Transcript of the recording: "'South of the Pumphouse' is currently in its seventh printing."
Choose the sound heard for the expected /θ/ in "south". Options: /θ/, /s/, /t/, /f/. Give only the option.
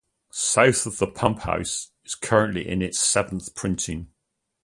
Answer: /θ/